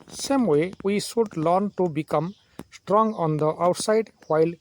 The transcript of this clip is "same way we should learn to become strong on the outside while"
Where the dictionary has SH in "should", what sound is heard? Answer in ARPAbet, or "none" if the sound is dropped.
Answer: S